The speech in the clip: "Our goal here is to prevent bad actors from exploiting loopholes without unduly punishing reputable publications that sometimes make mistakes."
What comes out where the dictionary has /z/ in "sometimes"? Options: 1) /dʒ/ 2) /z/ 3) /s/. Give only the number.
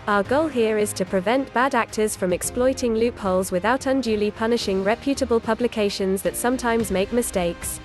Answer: 2